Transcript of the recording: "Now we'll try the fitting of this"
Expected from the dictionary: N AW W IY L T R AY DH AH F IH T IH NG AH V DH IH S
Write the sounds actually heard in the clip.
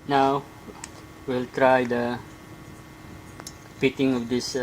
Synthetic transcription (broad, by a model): N AW W IY L T R AY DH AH P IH T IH NG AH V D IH S